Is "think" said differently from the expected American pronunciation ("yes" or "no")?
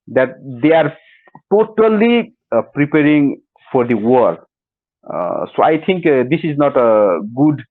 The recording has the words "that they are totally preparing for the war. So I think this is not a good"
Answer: yes